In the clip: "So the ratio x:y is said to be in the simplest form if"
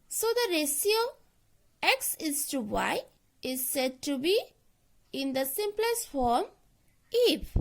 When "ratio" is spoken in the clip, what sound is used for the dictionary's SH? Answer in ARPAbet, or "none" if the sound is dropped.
S